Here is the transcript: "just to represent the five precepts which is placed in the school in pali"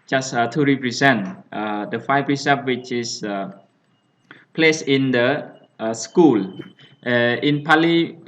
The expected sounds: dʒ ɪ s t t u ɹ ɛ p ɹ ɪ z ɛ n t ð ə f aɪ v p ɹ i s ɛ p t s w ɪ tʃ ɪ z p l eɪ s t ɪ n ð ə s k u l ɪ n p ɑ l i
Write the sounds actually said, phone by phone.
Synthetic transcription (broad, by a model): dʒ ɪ s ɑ t u ɹ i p ɹ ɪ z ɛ n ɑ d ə f aɪ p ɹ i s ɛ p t w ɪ tʃ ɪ s p l eɪ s ɪ n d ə s k u l ɪ n p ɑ l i